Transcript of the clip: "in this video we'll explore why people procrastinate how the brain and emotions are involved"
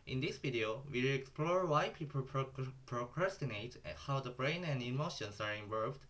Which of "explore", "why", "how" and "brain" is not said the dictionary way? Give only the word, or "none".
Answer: none